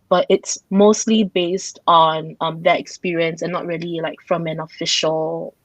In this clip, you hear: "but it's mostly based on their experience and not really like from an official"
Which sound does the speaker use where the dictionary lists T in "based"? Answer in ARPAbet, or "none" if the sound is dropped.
T